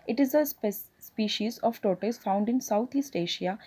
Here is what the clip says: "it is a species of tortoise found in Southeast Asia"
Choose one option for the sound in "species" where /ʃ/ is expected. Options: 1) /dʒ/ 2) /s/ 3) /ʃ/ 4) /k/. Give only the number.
3